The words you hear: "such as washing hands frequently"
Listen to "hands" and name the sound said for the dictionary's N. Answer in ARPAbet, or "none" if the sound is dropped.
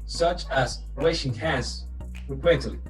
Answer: none